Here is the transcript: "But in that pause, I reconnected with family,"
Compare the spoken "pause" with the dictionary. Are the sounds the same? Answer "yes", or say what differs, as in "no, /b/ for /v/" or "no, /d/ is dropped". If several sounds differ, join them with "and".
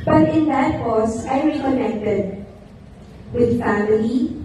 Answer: no, /s/ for /z/